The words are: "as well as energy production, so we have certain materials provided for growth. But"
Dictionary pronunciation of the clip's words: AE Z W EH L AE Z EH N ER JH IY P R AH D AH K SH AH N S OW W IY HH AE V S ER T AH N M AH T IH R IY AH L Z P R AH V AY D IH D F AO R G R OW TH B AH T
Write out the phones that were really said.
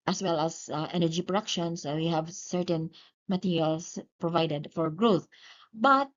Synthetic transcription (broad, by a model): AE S W EH L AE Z EH N ER JH IY P R AH D AH K SH AH N S OW W IY HH AE V S ER T AH N M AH T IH R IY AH L S P R AH V AY D IH D F AO R G R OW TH B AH T